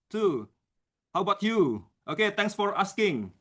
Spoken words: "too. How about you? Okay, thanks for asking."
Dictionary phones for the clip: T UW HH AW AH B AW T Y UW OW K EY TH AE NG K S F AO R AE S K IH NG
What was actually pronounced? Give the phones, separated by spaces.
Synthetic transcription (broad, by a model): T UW HH AW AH B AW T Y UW OW K EY T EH NG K S F AO R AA S K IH NG